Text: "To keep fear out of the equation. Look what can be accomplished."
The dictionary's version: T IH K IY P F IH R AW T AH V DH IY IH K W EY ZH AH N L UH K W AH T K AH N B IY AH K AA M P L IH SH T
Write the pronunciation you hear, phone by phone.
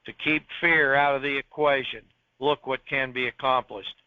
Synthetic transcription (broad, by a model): T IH K IY P F IH R AW T AH V DH IY IH K W EY ZH AH N L UH K W AH T K AH N B IY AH K AA M P L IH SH T